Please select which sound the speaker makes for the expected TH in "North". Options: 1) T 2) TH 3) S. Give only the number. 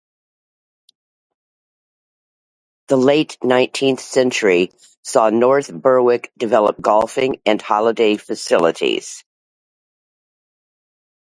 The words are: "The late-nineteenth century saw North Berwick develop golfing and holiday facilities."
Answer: 2